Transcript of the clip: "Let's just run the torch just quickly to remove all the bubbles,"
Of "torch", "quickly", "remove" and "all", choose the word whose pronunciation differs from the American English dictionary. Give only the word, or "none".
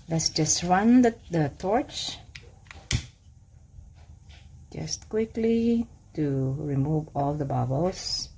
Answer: none